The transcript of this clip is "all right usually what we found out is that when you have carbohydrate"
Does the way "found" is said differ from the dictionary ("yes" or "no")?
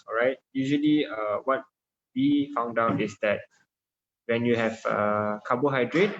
no